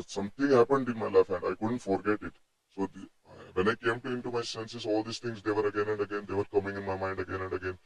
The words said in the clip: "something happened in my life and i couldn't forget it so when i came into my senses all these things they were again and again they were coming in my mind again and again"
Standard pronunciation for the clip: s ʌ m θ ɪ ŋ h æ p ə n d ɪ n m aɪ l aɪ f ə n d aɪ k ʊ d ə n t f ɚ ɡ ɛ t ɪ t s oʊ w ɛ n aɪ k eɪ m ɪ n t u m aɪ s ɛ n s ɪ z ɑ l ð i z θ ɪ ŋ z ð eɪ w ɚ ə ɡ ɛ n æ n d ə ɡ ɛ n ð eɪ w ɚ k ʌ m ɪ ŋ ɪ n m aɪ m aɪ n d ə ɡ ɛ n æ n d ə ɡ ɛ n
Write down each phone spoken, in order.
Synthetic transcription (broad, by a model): s ʌ m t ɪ ŋ h æ p ə n d ɪ n m aɪ l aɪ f ə n d aɪ k ʊ d ə n t f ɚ ɡ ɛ t ɪ t s oʊ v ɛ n aɪ k eɪ m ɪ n t u m aɪ s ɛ n s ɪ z ɑ l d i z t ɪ ŋ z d eɪ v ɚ ə ɡ ɛ n æ n d ə ɡ ɛ n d eɪ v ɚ k ʌ m ɪ ŋ ɪ n m aɪ m aɪ n d ə ɡ ɛ n æ n d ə ɡ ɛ n